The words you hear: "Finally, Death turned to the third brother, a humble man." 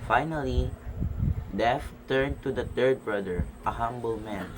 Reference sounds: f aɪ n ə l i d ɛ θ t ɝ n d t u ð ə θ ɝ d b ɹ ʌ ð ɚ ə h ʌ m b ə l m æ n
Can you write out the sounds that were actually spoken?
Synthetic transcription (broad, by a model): f aɪ n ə l i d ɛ f t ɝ n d t u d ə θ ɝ d b ɹ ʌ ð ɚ ə h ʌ m b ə l m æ n